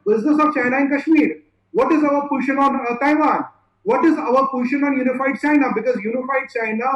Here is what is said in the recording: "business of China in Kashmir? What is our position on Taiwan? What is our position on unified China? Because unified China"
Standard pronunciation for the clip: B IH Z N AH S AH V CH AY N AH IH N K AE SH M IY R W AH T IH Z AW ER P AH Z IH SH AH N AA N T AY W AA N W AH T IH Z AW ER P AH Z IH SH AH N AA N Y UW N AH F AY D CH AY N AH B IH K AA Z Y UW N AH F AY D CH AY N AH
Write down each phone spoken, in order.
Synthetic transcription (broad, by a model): B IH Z N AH S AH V CH AY N AH IH N K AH SH M IY R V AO T IH Z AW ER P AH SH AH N AA N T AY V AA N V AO T IH Z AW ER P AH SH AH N AA N Y UW N AH F AY D CH AY N AH B IH K AA Z Y UW N AH F AY D CH AY N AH